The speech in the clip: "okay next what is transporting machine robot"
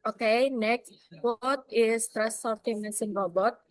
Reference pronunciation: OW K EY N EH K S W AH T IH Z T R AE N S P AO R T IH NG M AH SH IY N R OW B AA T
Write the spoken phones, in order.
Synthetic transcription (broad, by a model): OW K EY N EH K S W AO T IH S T R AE S AO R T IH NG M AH S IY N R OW B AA T